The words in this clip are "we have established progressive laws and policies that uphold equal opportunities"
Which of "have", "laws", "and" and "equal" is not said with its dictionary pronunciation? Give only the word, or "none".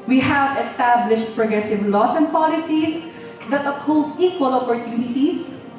laws